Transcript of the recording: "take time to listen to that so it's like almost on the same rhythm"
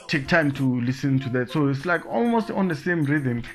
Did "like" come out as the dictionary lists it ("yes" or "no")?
yes